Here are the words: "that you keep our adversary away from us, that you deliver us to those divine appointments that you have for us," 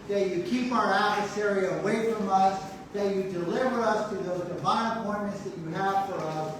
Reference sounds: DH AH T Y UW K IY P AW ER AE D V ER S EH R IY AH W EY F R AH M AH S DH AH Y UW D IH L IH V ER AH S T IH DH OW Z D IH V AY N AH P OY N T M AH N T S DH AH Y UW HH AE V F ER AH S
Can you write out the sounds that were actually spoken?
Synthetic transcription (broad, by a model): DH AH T Y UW K IY P AW ER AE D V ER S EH R IY AH W EY F R AH M AH S DH AH Y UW D IH L IH V ER AH S T IH DH OW Z D IH V AY N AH P OY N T M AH N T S DH AH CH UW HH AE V F ER AH S